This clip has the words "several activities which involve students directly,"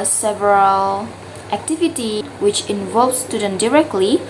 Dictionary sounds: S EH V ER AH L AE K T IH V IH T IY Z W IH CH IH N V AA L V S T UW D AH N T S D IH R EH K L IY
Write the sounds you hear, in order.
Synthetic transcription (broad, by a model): S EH V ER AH L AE K T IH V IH T IY W IH CH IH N V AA L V S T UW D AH N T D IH R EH K L IY